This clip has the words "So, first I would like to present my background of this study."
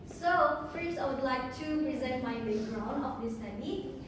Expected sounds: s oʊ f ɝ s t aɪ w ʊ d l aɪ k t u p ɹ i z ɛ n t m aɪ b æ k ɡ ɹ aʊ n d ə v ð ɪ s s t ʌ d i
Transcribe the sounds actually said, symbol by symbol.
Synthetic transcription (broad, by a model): s oʊ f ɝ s aɪ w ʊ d l aɪ k t u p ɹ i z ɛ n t m aɪ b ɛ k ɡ ɹ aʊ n ə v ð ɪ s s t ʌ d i